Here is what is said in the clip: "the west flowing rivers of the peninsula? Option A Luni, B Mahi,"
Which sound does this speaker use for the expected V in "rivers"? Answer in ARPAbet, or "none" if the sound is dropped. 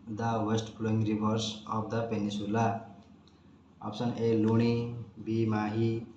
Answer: B